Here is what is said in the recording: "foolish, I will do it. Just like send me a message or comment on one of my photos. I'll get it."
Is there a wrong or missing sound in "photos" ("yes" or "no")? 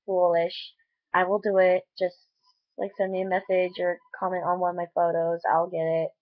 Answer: no